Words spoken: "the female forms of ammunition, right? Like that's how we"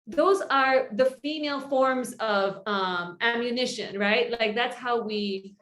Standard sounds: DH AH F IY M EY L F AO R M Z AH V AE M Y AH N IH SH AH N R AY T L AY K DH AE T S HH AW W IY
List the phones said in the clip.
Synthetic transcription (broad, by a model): DH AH F IY M EY L F AO R M Z AH V AE M Y AH N IH SH AH N R AY T L AY K DH AE T S HH AW W IY